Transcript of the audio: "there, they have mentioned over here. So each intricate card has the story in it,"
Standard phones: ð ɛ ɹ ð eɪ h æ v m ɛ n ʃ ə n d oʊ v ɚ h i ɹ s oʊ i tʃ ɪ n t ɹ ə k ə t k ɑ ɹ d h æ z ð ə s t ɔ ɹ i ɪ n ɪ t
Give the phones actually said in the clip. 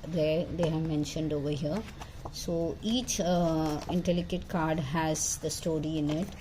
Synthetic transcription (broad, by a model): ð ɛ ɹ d eɪ h æ v m ɛ n ʃ ə n d oʊ v ɚ h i ɹ s oʊ i tʃ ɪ n t l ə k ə t k ɑ ɹ d h æ z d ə s t ɔ ɹ i ɪ n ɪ t